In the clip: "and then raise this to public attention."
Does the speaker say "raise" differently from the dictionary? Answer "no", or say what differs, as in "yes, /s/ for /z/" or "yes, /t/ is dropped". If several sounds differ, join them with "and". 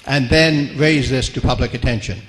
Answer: no